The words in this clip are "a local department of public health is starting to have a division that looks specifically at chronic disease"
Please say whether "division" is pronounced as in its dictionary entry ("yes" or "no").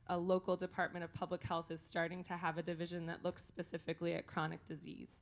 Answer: yes